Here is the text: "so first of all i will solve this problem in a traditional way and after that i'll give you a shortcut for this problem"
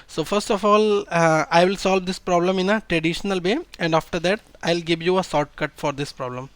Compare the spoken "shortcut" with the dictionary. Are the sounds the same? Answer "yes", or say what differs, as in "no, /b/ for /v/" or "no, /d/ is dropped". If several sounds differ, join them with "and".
no, /s/ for /ʃ/